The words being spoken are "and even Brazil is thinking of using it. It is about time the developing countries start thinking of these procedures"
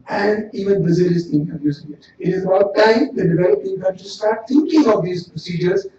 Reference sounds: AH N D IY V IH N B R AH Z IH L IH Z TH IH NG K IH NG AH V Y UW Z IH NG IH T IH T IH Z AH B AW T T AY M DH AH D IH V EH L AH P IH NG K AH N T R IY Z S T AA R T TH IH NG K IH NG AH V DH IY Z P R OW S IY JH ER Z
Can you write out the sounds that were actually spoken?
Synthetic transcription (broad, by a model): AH N D IY V IH N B AH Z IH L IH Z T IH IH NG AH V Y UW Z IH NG IH T IH T IH Z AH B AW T T AY M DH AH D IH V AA AH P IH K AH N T IY S T AA R T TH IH NG K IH NG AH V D IY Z P R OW S IY JH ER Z